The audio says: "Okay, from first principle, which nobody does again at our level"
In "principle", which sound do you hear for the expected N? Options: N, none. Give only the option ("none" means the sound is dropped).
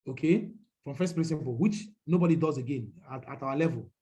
none